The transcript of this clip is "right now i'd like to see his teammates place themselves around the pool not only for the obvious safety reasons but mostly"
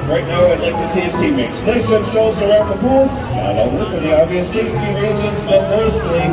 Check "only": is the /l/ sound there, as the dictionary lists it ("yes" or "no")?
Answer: no